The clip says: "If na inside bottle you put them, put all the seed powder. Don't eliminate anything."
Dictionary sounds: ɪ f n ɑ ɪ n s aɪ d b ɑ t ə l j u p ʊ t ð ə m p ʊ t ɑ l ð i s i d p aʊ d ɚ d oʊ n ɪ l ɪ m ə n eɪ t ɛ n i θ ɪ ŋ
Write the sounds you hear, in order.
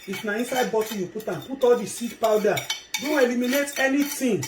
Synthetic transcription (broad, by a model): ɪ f n ɑ ɪ n s aɪ d b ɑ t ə j u p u t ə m p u t ɑ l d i s i d p aʊ d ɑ d oʊ n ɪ l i m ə n eɪ t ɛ n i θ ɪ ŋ